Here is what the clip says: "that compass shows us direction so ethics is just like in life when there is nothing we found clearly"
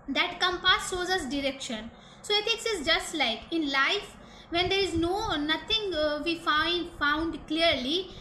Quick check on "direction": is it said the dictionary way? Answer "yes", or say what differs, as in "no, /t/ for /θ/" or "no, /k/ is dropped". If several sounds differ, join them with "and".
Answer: yes